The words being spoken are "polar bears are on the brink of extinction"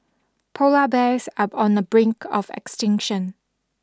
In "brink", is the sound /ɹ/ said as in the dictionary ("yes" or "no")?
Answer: yes